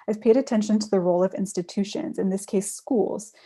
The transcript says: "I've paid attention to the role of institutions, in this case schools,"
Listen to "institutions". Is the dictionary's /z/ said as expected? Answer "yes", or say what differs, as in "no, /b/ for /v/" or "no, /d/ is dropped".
yes